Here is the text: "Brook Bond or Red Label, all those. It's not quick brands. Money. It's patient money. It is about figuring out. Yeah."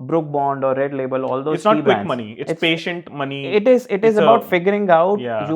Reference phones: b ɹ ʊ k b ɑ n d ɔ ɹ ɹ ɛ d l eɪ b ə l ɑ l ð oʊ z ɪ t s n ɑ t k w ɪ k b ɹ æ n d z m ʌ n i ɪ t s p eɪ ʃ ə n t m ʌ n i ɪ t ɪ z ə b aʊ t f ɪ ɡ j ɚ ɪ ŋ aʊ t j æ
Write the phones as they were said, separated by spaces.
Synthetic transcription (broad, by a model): b ɹ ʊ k b ɑ n d ɔ ɹ ɹ ɛ d l eɪ b ə l ɑ l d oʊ ɪ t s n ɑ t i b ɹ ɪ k m ʌ n i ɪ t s p eɪ ʃ ə n t m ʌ n i ɪ t ɪ z ə b aʊ t f ɪ ɡ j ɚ ɪ ŋ aʊ t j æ